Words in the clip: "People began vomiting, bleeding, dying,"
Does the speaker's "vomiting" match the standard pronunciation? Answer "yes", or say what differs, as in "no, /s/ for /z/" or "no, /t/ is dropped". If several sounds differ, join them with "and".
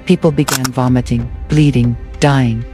yes